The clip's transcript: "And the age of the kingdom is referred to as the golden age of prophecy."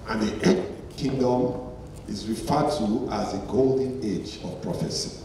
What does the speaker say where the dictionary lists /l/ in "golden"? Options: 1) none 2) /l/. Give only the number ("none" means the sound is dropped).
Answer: 2